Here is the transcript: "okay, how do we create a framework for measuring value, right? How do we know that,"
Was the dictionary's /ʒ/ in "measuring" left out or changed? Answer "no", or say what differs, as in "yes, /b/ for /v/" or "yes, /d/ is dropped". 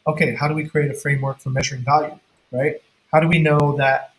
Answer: no